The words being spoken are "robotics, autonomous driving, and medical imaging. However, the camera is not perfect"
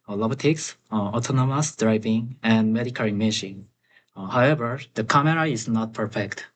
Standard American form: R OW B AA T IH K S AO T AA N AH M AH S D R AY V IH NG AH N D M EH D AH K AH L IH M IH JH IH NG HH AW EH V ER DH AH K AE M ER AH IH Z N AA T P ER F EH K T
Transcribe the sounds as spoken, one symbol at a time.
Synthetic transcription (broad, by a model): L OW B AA T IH K S AO T AA N AH M AH S D R AY V IH NG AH N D M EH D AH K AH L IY M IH SH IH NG HH AW EH V ER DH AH K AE M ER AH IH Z N AA T P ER F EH K T